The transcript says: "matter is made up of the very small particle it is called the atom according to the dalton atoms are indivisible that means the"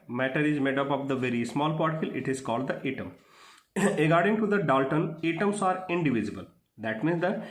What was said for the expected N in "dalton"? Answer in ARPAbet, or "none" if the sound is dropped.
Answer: N